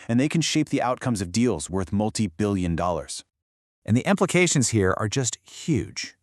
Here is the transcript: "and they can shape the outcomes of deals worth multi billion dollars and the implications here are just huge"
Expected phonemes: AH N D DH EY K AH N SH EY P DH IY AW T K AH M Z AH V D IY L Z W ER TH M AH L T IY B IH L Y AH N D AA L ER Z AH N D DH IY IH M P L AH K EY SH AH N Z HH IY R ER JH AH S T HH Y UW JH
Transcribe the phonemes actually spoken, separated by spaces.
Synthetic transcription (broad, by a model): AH N DH EY K AH N SH EY P DH IY AW T K AH M Z AH V D IY L Z W ER TH M AH L T IY B IH L Y AH N D AA L ER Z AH N DH IY IH M P L AH K EY SH AH N Z HH IY R ER JH AH S T HH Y UW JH